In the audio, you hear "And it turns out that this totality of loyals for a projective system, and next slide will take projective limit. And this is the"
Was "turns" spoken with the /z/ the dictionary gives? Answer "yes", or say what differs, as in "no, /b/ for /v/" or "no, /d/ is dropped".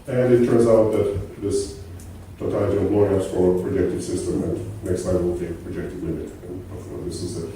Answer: yes